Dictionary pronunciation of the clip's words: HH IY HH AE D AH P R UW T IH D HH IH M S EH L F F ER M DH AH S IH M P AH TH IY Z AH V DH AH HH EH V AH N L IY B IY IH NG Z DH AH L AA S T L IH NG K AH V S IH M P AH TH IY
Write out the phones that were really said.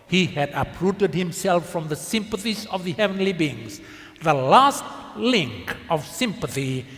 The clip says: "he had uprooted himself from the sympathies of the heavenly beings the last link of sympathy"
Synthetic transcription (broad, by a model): HH IY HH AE D AH P R UW T IH D HH IH M S EH L F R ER M DH AH S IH M P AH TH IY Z AH V DH AH HH EH V AH N L IY B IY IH NG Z DH AH L AA S T L IH NG K AH V S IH M P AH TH IY